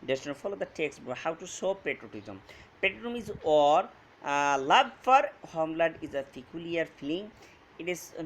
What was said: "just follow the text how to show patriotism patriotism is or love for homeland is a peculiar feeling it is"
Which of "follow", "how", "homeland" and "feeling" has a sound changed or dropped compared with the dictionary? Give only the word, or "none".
homeland